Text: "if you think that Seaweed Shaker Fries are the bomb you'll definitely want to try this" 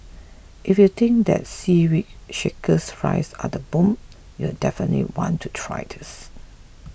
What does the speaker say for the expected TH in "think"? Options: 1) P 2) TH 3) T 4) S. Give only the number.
3